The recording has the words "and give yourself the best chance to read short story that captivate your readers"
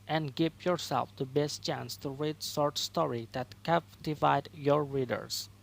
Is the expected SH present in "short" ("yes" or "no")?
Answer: no